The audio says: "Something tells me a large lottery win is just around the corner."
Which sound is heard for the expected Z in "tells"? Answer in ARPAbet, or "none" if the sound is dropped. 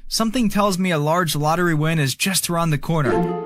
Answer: Z